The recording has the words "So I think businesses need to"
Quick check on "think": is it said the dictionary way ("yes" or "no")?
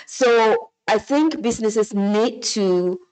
yes